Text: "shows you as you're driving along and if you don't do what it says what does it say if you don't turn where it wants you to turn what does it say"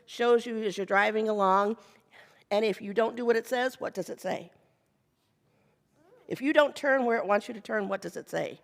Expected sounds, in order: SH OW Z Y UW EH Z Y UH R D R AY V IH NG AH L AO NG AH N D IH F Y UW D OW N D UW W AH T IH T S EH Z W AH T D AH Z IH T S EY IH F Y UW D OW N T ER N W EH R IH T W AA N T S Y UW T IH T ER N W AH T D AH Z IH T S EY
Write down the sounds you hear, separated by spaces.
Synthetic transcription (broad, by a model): SH OW Z Y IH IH Z Y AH R D R AY V IH NG AH L AO NG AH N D IH F Y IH D OW N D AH W AH T IH T S EH Z W AH T D AH Z IH T S EY IH F Y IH D OW N T ER N W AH R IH T W AA N T S Y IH T IH T ER N W AH T D AH Z IH T S EY